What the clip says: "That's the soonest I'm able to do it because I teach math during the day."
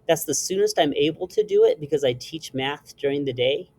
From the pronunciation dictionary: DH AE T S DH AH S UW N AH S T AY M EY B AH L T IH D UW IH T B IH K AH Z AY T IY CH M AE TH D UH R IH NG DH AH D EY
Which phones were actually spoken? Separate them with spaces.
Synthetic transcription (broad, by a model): DH AE T S DH AH S UW N AH S T AY M EY B L T IH D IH IH T B IH K AH Z AY T IY CH M AE TH D UH R IH NG DH AH D EY